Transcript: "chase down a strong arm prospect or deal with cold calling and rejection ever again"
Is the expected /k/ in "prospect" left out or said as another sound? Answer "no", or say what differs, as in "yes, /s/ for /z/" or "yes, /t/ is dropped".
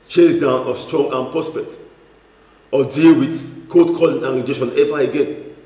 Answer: yes, /k/ is dropped